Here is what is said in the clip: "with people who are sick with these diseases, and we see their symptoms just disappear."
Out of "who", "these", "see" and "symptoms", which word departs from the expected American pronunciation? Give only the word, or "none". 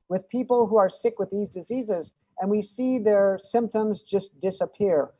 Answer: none